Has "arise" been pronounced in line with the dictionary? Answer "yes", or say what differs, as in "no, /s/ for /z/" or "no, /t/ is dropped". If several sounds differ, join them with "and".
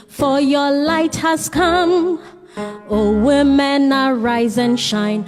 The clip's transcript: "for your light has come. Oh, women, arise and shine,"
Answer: yes